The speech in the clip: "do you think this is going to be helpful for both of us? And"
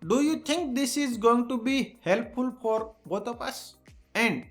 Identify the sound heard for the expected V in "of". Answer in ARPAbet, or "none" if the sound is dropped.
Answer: P